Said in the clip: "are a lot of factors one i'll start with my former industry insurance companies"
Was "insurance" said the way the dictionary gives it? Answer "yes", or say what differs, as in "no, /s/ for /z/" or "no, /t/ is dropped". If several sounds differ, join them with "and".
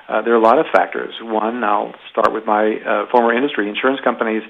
yes